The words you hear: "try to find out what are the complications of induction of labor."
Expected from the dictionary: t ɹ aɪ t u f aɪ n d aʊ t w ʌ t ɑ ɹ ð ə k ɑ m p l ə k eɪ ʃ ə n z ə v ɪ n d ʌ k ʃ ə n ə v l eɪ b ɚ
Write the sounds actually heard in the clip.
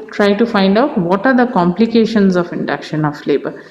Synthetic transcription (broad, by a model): t ɹ aɪ t u f aɪ n d aʊ t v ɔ t ɑ ɹ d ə k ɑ m p l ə k eɪ ʃ ə n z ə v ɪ n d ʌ k ʃ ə n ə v l eɪ b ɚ